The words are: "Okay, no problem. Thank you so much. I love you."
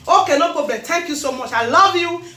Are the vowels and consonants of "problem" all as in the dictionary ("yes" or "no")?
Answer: no